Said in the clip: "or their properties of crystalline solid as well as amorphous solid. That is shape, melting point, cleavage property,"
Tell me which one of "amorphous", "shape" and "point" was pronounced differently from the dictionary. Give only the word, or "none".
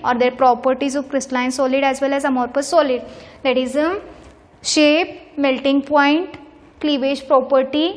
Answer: amorphous